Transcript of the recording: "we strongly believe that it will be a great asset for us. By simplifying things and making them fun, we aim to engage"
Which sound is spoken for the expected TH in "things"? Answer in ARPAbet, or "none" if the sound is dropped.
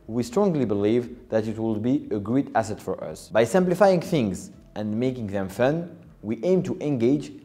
TH